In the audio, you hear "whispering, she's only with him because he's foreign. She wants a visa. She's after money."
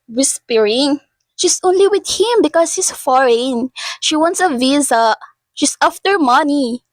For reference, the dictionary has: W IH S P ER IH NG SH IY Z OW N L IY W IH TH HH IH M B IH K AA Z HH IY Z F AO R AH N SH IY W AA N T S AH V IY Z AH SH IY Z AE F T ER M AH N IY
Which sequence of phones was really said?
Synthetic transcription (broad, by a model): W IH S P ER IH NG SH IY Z OW N L IY W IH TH HH IH M B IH K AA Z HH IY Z F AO R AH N SH IY W AA N T S AH V IY Z AH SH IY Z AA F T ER M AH N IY